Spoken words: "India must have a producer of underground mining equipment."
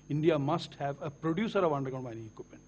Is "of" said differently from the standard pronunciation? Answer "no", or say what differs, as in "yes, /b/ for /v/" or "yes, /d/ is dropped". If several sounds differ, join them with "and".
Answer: no